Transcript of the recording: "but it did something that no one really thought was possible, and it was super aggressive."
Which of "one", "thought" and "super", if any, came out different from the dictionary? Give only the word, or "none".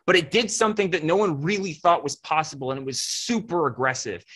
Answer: none